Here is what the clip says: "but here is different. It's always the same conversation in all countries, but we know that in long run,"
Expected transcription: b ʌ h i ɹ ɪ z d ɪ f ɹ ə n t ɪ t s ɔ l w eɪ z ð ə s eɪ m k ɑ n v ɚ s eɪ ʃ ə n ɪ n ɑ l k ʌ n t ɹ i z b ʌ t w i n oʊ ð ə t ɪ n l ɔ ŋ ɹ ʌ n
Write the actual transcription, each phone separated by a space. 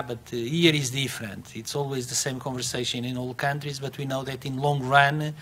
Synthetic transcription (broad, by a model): b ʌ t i ɹ ɪ z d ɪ f ɹ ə n t ɪ t s ɔ l w eɪ z ð ə s eɪ m k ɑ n v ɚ s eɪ ʃ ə n ɪ n ɑ l k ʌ n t ɹ i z b ʌ t w i n oʊ ð ə t ɪ n l ɔ ŋ ɹ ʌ n